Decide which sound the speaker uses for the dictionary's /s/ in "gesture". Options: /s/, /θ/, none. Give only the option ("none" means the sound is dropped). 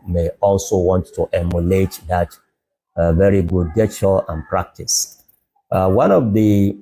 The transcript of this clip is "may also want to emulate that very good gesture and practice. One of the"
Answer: none